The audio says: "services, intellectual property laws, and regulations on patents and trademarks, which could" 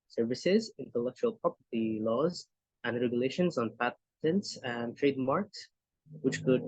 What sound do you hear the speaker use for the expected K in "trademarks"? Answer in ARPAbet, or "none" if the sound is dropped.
K